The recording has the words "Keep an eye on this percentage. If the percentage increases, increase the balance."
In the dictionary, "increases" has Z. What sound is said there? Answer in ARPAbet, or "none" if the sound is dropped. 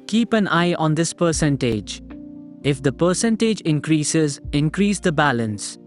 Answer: Z